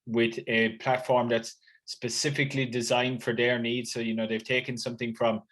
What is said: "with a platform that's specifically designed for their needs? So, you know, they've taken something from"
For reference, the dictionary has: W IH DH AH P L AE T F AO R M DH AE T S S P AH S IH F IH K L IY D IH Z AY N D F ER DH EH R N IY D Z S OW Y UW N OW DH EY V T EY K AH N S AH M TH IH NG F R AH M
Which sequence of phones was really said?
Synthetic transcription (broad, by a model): W IH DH AH P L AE T F AO R M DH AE T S S P AH S IH F IH K L IY D IH Z AY N D F ER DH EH R N IY D Z S OW Y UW N OW DH EY V T EY K AH N S AH M TH IH NG F R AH M